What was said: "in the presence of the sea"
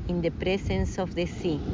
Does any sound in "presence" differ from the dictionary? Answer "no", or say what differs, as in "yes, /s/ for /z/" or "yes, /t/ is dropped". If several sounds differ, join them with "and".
yes, /s/ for /z/